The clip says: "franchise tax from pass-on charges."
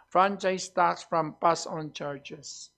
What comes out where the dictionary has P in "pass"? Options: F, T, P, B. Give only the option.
B